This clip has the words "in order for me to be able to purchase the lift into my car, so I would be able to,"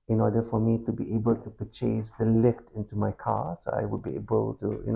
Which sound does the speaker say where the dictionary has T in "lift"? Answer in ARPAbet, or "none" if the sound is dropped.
T